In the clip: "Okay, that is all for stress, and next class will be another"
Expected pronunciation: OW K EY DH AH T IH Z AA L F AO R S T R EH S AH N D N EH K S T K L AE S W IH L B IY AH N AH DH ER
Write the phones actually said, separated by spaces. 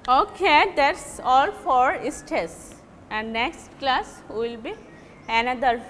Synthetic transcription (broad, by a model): OW K EY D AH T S AA L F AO R S T EH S AH N D N EH K S T K L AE S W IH L B IY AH N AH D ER